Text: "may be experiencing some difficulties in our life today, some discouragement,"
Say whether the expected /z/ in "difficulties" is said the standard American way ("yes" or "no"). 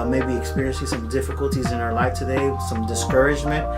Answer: yes